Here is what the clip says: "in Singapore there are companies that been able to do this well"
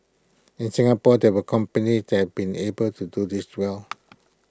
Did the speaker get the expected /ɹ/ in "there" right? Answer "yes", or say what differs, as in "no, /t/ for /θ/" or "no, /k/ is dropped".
no, /w/ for /ɹ/